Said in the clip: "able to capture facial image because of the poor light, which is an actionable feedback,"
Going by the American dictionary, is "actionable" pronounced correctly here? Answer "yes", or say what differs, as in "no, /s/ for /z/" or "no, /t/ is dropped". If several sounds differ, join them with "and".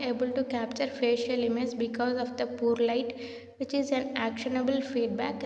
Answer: yes